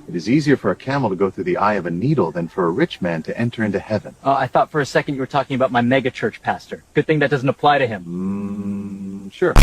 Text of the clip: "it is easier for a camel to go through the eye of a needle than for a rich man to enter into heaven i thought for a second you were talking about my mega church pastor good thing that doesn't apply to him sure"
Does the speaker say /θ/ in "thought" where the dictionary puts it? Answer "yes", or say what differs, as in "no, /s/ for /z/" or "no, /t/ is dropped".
yes